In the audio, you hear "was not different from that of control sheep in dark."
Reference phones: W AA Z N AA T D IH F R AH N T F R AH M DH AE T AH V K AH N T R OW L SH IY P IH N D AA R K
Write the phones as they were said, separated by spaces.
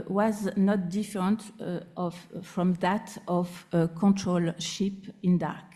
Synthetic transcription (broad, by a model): W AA Z N AA T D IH F R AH N T F R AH M DH AE T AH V K AH N T R OW L SH IY P IH N D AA R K